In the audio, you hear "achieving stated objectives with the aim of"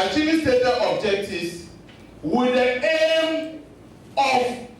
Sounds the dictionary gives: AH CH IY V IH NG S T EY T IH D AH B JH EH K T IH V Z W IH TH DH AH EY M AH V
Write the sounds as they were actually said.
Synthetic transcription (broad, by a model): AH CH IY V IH S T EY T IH AH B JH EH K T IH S W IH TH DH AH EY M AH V